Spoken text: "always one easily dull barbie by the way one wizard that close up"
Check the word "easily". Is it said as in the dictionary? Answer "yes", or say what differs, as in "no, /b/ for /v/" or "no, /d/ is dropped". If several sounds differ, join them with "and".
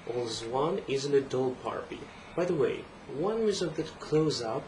no, /n/ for /l/